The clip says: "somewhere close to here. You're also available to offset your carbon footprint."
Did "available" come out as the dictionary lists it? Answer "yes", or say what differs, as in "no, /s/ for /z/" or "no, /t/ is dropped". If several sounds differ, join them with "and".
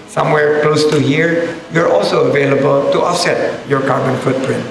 yes